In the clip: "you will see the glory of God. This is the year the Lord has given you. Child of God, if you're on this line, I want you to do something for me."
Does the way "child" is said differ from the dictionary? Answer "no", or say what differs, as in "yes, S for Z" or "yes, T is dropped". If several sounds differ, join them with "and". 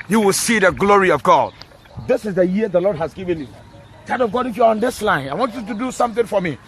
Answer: yes, L is dropped